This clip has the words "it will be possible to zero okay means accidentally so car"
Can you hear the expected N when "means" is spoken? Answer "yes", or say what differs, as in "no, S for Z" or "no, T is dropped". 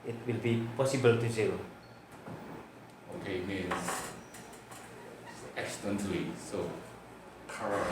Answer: no, N is dropped